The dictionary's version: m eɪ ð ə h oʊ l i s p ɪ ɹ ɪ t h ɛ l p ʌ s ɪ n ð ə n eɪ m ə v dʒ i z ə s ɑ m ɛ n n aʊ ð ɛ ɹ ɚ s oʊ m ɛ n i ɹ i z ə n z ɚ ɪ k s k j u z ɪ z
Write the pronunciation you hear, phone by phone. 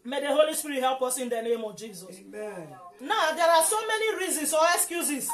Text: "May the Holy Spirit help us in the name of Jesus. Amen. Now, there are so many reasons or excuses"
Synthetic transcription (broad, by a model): m eɪ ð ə h oʊ l i s p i ɹ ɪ t h ɛ l p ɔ s ɪ n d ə n eɪ m ə v dʒ i z ə s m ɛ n n aʊ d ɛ ɹ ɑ s oʊ m ɛ n i ɹ i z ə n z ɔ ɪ k s k j u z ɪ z